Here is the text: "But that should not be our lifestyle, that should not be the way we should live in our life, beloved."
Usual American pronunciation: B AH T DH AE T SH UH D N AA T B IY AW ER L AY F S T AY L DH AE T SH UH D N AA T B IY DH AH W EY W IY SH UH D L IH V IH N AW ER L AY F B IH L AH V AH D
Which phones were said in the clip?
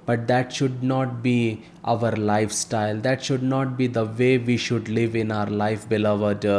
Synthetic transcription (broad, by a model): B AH T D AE T SH UH D N AA T B IY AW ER L AY F S T AY L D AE T SH UH D N AA T B IY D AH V EY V IY SH UH D L IH V IH N AW ER L AY F B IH L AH V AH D